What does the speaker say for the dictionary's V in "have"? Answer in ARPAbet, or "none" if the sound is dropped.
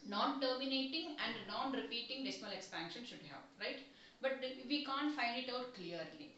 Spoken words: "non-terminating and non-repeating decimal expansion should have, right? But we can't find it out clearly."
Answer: P